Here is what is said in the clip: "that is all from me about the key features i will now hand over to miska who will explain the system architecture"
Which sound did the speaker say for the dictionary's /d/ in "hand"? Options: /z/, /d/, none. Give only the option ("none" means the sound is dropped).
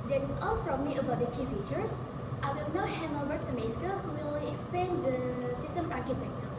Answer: none